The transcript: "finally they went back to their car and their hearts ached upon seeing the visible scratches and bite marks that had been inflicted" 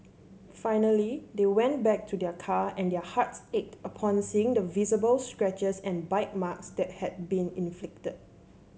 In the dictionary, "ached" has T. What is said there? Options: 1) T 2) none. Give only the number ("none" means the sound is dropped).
1